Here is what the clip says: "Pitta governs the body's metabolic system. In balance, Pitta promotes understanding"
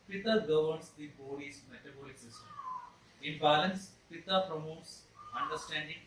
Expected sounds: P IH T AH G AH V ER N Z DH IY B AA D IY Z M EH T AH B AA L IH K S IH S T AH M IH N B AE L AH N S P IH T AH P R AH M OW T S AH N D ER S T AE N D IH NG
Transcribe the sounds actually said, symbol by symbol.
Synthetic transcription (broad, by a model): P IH T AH G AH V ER N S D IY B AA D IY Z M EH T AH B AA L IH K S IH S T AH M IH N B AE L AH N S P IH T AH P R AH M OW T S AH N D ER S T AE N D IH NG